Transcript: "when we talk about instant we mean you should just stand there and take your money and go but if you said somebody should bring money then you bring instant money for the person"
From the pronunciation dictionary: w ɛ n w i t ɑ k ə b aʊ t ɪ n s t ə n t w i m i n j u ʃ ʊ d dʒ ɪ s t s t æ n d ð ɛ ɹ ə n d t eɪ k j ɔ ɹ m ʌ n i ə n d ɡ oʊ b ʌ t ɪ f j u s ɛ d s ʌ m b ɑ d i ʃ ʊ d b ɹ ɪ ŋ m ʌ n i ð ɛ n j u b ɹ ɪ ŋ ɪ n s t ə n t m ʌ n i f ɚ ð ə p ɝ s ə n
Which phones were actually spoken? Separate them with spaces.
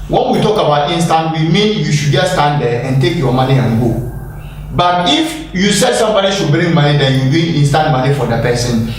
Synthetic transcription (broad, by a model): w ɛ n w i t ɑ k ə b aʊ t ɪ n s t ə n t w i m i n j u ʃ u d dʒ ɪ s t s t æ n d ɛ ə n t eɪ k j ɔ m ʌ n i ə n ɡ oʊ b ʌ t ɪ f j u s ɛ d s ʌ m b ɑ d i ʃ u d b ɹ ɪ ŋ m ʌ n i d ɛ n j u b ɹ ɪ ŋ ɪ n s t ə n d m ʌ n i f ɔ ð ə p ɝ s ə n